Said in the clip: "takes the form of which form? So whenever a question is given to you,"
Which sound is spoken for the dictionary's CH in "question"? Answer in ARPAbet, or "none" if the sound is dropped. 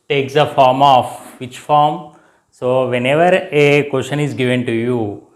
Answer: SH